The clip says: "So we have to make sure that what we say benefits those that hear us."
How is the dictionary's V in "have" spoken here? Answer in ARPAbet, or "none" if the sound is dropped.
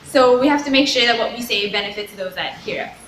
F